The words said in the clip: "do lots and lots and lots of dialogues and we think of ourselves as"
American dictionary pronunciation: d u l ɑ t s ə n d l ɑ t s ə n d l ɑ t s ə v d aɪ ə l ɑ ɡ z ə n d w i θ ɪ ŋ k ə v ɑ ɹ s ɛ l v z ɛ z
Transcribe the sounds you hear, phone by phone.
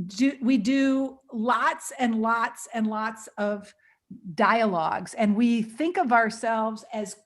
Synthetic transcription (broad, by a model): d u l ɑ t s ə n l ɑ t s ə n l ɑ t s ə v d aɪ ə l ɑ ɡ z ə n w i θ ɪ ŋ k ə v ɑ ɹ s ɛ l v z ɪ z